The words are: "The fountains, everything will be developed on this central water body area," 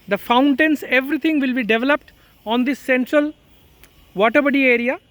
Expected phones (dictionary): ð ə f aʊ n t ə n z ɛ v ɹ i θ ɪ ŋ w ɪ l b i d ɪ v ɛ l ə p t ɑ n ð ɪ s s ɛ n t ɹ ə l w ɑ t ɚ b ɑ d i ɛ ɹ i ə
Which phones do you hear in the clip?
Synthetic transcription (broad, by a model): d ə f aʊ n t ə n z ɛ v ɹ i t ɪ ŋ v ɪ l b i d ɪ v ɛ l ə p t ɑ n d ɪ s s ɛ n t ɹ ə l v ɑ t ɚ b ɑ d i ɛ ɹ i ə